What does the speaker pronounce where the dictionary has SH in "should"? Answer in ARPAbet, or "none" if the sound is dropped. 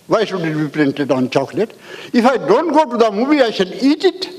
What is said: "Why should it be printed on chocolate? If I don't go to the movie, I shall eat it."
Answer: S